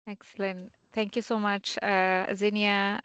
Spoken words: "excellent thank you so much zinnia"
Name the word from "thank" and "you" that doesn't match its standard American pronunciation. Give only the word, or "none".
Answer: thank